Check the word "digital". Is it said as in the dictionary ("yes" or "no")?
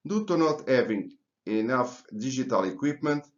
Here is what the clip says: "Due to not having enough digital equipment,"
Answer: no